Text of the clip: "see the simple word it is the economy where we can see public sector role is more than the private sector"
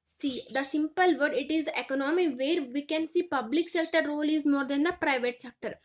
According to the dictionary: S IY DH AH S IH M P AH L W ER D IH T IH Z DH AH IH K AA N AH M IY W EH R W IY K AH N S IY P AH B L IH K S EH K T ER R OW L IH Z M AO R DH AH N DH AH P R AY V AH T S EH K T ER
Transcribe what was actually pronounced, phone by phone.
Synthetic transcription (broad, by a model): S IY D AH S IH M P AH L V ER D IH T IH Z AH K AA N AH M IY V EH R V IY K AH N S IY P AH B L IH K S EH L T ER R OW L IH Z M AO R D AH N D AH P R AY V AH T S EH K T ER